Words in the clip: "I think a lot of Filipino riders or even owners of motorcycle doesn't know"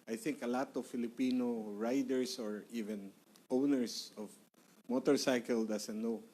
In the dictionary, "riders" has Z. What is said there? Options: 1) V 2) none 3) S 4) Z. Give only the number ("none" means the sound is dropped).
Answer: 3